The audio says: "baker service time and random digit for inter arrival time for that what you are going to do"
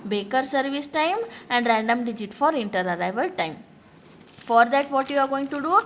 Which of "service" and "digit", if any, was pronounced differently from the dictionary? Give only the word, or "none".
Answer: none